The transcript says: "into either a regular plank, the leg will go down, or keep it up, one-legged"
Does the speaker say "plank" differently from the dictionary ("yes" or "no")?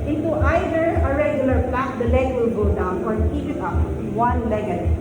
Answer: yes